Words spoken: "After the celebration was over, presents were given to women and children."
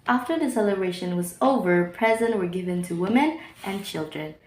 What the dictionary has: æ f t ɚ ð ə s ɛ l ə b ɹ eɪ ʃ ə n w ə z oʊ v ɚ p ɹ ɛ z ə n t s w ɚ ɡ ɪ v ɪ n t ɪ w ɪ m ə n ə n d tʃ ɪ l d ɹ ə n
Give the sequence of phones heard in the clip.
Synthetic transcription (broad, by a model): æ f t ɚ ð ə s ɛ l ə b ɹ eɪ ʃ ə n w ə z oʊ v ɚ p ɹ ɛ z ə n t w ɚ ɡ ɪ v ɪ n t ɪ w ɪ m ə n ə n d tʃ ɪ l d ɹ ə n